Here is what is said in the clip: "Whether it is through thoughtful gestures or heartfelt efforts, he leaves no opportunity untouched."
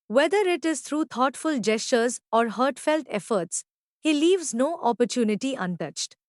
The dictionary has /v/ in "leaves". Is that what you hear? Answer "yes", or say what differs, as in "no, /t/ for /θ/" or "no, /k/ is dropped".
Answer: yes